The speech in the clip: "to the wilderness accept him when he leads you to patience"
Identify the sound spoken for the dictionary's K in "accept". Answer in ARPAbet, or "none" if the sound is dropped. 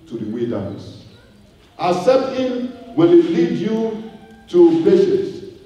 none